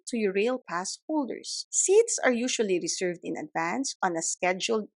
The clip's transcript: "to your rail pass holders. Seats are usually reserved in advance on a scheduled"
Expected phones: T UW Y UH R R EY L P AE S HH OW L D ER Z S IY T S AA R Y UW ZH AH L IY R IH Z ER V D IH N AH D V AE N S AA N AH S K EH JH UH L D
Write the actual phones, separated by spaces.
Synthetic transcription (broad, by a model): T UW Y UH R R EY L P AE S HH OW L D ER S S IY T S AA R Y UW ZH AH L IY R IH S ER V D IH N AH D V AE N S AA N AH S K EH JH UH L D